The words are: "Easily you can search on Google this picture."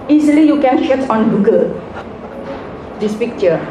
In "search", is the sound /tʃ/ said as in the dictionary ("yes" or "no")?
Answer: no